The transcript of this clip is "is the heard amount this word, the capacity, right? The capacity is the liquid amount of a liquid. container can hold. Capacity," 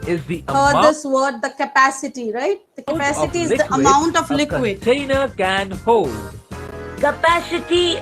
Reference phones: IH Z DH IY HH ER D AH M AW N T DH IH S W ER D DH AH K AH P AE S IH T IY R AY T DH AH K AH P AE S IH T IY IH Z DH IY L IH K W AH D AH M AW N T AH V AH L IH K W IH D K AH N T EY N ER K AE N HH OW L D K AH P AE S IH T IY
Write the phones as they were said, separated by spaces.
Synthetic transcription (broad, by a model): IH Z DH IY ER AH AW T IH S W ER D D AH K AH P AE S IH T IY R AY T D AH K AH P AE S IH T IY IH Z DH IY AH AH M AW N T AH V L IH K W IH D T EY N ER K AE N HH OW L D K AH P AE S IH T IY